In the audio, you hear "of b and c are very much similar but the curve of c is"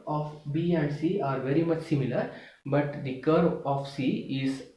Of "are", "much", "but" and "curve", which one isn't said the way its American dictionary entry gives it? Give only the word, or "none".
curve